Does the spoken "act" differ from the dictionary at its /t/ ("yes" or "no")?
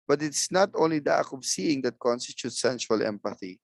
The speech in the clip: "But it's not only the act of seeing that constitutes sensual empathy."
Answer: yes